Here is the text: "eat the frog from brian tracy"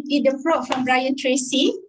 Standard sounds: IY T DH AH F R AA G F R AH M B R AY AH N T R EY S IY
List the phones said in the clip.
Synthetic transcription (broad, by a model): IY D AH P R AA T F R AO M B R AY AH N T R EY S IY